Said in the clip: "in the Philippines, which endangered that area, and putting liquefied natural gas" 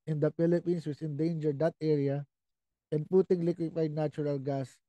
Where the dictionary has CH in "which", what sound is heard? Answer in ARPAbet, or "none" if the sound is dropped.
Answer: S